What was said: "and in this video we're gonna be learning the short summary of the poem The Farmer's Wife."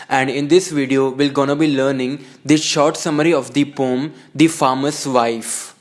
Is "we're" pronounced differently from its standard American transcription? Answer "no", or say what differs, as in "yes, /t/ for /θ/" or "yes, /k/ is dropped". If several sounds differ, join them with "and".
yes, /l/ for /ɹ/